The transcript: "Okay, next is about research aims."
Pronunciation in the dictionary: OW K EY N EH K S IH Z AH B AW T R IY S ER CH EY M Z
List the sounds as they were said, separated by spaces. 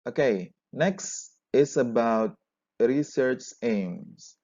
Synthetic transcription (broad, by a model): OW K EY N EH K S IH S AH B AW T R IY S ER CH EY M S